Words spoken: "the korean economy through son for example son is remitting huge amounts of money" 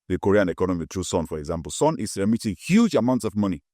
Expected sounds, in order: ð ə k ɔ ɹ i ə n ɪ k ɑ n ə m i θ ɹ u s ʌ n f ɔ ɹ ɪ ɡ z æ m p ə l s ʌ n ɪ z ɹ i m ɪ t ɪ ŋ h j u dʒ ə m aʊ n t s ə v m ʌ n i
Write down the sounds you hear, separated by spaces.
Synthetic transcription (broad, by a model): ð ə k ɔ ɹ i ə n ɪ k ɑ n ə m i t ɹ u s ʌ n f ɔ ɹ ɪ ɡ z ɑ m p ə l s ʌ n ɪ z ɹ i m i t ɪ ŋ h j u dʒ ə m aʊ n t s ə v m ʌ n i